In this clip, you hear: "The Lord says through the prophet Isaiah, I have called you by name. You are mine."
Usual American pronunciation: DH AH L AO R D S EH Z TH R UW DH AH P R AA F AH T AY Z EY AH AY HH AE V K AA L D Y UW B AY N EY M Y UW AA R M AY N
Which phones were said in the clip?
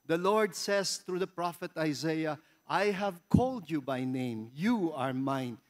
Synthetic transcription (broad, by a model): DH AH L AO R D S EH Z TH R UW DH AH P R AA F AH T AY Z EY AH AY HH AE V K AA L D Y UW B AY N EY M Y UW AA R M AY N